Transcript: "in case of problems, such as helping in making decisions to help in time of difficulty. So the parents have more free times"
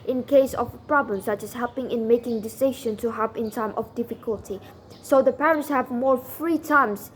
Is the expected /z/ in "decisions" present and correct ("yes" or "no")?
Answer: no